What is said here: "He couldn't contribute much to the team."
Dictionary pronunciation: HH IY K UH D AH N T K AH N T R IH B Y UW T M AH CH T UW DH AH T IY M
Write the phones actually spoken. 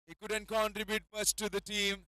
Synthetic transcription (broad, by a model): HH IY K UH D AH N T K AH N T R IH B Y UW T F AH S T UW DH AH T IY M